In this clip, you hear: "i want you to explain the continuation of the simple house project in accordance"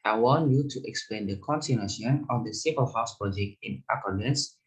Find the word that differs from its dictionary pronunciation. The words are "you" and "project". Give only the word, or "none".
project